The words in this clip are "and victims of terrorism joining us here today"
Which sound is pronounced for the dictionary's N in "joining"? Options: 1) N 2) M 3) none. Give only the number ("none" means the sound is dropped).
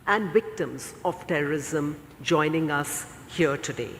1